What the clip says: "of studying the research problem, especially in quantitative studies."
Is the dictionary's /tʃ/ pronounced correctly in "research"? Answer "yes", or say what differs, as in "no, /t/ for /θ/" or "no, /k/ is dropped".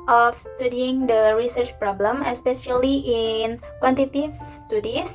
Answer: yes